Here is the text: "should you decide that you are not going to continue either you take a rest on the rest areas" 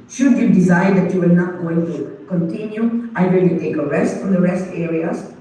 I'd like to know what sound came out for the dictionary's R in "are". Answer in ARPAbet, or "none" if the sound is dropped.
L